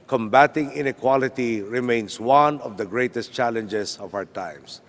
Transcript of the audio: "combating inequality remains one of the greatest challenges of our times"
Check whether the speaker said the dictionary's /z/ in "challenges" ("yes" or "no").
no